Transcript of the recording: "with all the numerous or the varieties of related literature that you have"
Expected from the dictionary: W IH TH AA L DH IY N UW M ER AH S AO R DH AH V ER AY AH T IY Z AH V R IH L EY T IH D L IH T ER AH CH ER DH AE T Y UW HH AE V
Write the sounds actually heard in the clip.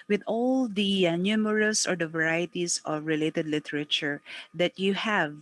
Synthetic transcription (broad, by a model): W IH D AA L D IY N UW M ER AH S AO R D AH V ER AY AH T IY S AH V R IH L EY T IH D L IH T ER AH CH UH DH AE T Y UW HH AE V